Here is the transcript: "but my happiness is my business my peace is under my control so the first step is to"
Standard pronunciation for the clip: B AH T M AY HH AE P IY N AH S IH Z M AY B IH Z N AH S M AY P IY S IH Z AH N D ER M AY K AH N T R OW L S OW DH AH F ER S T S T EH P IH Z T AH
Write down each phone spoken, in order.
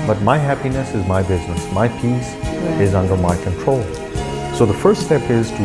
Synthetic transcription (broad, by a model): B AH T M AY HH AE P IY N AH S IH Z M AY B IH Z N AH S M AY P IY S IH Z AH N D ER M AY K AH N T R OW L S OW DH AH F ER S T S T EH P IH Z T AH